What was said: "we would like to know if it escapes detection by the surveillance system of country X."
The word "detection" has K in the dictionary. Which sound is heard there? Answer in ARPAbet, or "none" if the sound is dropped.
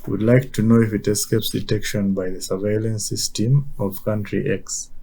K